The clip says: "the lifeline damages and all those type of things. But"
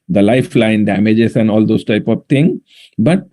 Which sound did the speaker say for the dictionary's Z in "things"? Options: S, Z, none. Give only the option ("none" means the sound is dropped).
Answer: none